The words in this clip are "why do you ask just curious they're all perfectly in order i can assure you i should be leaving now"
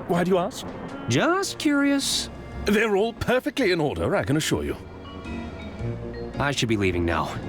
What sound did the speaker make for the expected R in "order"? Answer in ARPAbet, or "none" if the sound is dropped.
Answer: R